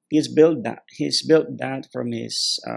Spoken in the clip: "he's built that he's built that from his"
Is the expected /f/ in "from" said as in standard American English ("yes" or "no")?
yes